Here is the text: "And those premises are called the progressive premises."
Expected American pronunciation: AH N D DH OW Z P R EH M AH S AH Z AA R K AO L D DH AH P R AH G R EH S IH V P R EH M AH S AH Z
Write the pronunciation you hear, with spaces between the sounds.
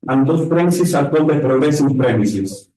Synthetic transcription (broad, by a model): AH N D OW S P R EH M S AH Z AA L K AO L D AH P R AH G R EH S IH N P R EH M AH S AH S